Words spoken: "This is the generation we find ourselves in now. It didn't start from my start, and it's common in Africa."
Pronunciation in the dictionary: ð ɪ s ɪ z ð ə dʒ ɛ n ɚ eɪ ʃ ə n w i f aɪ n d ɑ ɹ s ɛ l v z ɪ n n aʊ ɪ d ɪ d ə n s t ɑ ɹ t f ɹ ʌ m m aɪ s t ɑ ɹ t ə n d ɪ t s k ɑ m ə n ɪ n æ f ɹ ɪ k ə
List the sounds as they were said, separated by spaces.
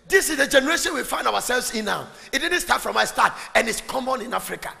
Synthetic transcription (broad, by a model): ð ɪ s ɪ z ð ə dʒ ɛ n ɚ eɪ ʃ ə n w i f aɪ n d ɑ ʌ s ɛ l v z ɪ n n aʊ ɪ d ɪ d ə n s t ɑ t f ɹ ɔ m m aɪ s t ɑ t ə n ɪ t s k ɑ m ə n ɪ n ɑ f ɹ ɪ k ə